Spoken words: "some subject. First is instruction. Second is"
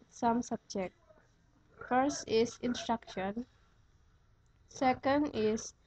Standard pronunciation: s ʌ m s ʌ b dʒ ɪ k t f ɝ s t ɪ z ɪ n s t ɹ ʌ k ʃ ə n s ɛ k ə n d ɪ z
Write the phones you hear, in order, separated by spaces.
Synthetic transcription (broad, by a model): s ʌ m s ʌ b dʒ ɪ k t f ɝ s t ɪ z ɪ n s t ɹ ʌ k ʃ ə n s ɛ k ə n d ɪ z